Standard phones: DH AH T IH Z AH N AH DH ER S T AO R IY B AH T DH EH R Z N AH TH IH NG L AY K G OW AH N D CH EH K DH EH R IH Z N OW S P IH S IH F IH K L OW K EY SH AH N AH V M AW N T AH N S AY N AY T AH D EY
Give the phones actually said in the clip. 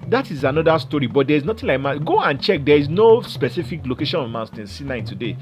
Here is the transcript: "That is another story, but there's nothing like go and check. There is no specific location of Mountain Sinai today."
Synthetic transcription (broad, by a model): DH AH T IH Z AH N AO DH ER S T AO R IY B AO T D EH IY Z N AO T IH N L AY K G OW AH N CH EH K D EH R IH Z N OW S P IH S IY F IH K L OW K EY SH AH N AH V M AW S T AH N S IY N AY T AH D EY